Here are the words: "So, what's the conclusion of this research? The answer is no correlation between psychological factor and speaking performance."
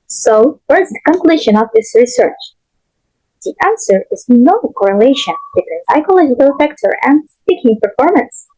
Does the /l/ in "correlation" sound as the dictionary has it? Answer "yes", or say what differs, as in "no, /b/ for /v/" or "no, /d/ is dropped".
yes